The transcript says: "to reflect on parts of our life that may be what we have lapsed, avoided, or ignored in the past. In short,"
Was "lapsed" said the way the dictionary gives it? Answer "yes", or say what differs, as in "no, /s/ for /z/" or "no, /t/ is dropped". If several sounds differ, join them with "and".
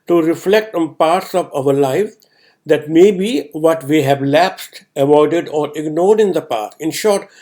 yes